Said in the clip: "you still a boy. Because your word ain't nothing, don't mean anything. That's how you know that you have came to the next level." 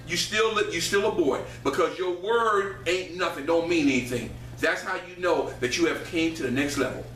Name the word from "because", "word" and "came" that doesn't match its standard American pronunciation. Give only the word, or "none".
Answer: none